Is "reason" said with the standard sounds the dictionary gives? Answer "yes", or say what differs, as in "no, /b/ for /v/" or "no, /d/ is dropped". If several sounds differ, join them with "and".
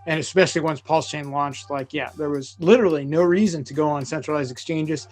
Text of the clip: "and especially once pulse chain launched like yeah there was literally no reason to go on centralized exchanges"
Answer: yes